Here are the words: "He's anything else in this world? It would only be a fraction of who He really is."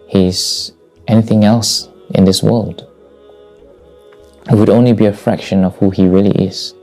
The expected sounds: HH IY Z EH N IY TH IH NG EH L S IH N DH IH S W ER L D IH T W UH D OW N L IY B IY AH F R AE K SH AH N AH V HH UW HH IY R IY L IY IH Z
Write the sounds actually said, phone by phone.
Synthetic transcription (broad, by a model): HH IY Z EH N IY TH IH NG EH L S IH N DH IH S W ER L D IH T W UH D OW N L IY B IY AH F R AE K SH AH N AH V HH UW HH IY R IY L IY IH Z